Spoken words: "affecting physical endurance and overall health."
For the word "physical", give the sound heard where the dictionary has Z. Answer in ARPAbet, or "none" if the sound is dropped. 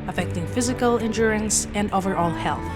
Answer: Z